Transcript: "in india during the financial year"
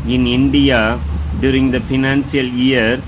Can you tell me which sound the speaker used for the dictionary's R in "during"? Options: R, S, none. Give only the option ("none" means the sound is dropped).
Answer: R